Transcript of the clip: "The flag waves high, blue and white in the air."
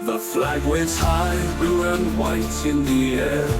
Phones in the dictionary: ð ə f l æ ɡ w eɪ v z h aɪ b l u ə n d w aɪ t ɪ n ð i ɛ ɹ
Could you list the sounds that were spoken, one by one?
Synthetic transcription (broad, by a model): ð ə f l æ ɡ w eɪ z h aɪ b u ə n w aɪ t ɪ n ð i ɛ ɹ